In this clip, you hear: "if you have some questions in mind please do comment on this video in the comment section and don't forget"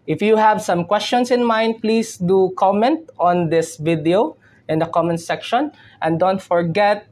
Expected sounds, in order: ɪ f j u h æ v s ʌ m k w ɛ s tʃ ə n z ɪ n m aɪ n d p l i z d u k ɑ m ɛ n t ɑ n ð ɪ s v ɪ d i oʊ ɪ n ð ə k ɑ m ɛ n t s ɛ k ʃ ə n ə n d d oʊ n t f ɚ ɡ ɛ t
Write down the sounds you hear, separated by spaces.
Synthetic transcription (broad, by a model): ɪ f j u h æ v s ʌ m k w ɛ s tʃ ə n s ɪ n m aɪ n d p l i s d u k ɑ m ɛ n t ɑ n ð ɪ s v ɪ d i oʊ ɪ n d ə k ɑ m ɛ n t s ɛ k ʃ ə n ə n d d oʊ n t f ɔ ɡ ɛ t